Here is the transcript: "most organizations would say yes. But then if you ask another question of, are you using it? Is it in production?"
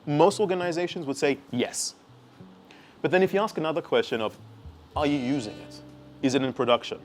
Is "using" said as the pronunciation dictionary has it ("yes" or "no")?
yes